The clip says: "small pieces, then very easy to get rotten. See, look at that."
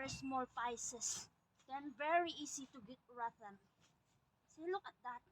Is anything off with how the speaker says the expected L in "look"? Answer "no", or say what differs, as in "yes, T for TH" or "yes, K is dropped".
no